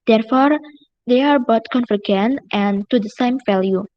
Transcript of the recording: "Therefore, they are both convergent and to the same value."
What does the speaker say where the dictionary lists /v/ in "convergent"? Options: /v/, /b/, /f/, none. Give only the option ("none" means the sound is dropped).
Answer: /f/